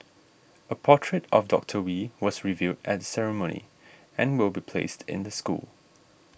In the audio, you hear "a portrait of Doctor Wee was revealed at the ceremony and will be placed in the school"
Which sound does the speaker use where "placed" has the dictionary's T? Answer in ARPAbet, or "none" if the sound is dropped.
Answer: T